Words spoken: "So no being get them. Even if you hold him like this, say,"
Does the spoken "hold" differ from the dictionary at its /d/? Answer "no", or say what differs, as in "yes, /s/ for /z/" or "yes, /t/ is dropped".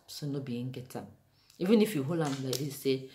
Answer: yes, /d/ is dropped